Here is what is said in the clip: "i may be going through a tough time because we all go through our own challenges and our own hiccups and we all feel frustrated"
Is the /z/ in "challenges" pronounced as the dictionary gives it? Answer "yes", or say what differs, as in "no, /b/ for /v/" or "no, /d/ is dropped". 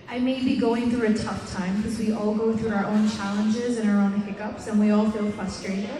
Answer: yes